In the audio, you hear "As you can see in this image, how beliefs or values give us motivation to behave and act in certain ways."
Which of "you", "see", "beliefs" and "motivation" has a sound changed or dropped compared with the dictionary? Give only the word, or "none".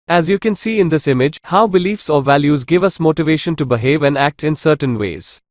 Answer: none